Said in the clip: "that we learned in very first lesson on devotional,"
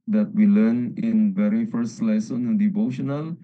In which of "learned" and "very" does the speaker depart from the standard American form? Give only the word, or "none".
learned